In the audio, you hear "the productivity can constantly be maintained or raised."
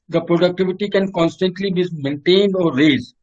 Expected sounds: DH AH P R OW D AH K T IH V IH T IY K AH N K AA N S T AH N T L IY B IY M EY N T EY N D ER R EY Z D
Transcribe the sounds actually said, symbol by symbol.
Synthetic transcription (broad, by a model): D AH P R OW D AH K T IH V IH T IY K AH N K AA N S T AH N T L IY B IY M EY N T EY N D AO R EY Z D